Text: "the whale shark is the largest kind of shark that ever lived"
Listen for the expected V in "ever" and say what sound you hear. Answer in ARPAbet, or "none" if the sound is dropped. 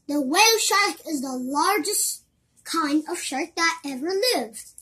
V